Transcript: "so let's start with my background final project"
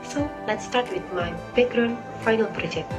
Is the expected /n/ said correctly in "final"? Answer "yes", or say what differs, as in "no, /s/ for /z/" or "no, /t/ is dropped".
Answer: yes